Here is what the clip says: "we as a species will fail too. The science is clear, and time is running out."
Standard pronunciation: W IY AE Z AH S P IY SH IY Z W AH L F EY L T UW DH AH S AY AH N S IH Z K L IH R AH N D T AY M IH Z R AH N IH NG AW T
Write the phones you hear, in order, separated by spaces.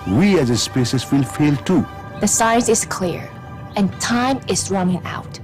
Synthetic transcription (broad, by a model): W IY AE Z AH S P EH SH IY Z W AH L F EY L T UW DH AH S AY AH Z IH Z K L IH R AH N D T AY M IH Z R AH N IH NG AW T